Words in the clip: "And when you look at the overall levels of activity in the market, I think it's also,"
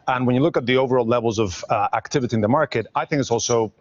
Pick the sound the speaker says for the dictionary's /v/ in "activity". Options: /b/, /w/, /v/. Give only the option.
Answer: /v/